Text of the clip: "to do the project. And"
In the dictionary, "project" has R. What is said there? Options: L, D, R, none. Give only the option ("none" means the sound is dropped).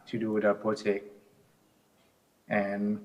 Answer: none